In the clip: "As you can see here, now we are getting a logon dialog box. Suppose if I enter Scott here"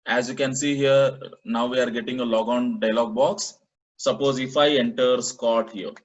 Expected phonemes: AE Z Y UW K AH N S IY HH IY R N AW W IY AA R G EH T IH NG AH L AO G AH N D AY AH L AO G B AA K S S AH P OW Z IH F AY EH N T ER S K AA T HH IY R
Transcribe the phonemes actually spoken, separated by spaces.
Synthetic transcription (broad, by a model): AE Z Y UW K AH N S IY HH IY R N AW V IY AA R G EH T IH NG AH L AO G AH N D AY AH L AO G B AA K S S AH P OW Z IH F AY EH N T ER S K AA T HH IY R